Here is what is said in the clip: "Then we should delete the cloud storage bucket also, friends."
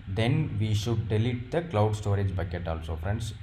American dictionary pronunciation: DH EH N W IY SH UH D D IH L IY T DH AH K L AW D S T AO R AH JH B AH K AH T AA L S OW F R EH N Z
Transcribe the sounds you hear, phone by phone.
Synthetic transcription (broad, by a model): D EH N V IY SH UH D D IH L IY T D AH K L AW D S T AO R AH JH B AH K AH T AA L S OW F R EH N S